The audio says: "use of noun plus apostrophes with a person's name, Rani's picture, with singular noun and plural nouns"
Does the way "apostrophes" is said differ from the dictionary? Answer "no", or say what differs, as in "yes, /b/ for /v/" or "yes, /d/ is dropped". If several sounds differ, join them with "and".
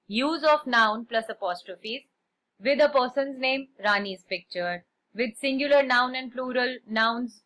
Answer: no